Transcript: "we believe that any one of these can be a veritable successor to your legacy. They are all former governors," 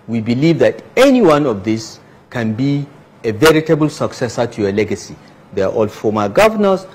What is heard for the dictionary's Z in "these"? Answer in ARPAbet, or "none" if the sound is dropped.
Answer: S